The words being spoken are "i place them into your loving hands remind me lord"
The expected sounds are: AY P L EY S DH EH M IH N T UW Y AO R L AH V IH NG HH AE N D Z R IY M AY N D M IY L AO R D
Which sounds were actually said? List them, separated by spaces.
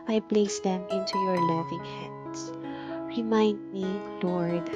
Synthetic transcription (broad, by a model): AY P L EY S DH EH M IH N T UW Y AO R L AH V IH NG HH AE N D S R IY M AY N D M IY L AO R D